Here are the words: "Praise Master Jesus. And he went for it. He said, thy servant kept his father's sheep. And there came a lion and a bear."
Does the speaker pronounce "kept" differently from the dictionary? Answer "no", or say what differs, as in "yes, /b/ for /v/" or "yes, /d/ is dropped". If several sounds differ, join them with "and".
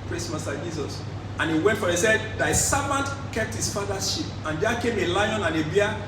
no